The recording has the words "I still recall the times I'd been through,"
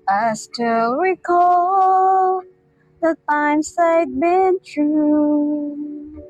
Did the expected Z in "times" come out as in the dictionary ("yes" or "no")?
no